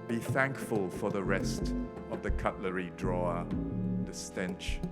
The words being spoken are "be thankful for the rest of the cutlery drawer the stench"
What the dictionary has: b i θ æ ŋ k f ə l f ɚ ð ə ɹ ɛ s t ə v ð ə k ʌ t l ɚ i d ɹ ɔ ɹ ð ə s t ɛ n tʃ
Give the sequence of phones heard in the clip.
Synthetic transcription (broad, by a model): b i θ æ ŋ k f ə l f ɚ ð ə ɹ ɛ s t ə v ð ə k ʌ t l ɚ i d ɹ ɔ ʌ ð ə s t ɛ n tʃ